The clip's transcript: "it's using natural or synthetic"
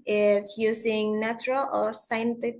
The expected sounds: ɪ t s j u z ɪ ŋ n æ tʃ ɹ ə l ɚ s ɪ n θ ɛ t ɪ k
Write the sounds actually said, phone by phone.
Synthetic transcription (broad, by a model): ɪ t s j u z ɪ ŋ n æ tʃ ɹ ə l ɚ s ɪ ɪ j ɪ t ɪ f